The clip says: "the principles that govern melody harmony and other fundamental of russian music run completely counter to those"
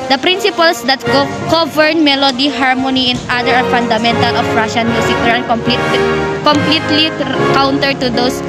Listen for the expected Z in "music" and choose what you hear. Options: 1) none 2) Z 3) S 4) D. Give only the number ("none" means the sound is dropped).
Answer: 3